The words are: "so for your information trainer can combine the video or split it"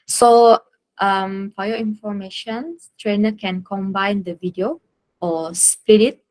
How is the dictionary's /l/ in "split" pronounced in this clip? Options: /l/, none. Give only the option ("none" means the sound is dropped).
none